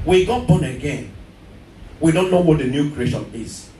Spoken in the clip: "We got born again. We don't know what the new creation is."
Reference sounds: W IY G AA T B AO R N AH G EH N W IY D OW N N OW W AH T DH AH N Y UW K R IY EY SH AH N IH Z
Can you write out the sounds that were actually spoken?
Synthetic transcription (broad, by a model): W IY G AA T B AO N AH G EH N W IY D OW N N OW W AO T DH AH N Y UW K R IY EY SH AH N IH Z